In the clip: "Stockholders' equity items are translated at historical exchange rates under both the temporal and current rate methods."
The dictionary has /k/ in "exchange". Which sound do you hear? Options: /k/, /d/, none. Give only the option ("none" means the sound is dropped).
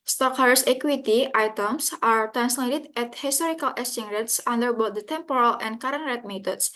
none